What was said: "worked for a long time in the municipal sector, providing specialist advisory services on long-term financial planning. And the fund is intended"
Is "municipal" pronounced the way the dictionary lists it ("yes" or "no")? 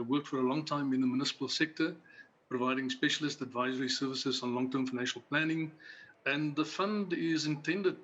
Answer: yes